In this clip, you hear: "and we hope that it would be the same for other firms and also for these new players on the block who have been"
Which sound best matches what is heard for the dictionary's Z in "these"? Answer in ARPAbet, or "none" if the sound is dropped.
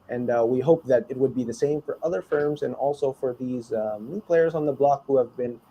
Z